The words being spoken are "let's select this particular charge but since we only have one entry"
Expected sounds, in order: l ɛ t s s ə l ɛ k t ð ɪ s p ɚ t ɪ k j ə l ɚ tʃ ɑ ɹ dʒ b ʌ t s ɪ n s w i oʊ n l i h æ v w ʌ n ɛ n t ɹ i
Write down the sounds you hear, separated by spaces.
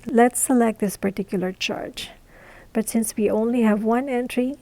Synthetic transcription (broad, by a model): l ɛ t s s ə l ɛ k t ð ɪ s p ɚ t ɪ k j ə l ɚ tʃ ɑ ɹ dʒ b ʌ t s ɪ n s w i oʊ n l i h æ v w ʌ n ɛ n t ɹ i